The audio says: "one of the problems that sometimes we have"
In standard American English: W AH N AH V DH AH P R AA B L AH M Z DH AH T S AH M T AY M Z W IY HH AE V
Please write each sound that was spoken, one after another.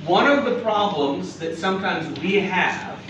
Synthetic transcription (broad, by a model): W AH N AH V DH AH P R AA B L AH M Z DH AH T S AH M T AY M Z W IY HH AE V